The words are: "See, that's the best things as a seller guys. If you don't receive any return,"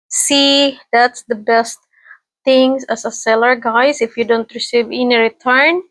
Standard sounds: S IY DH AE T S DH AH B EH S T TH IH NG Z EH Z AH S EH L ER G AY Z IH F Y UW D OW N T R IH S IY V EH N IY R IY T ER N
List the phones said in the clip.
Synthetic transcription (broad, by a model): S IY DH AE T S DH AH B EH S T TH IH NG S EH S AH S EH L ER G AY S IH F Y UW D OW N T R IH S IY V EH N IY R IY T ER N